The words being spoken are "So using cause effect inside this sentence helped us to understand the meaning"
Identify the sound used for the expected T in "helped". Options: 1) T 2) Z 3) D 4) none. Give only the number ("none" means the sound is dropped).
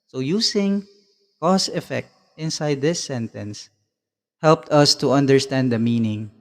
1